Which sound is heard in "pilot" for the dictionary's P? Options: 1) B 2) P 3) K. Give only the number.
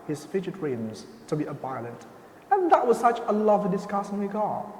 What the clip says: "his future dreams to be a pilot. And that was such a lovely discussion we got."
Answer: 1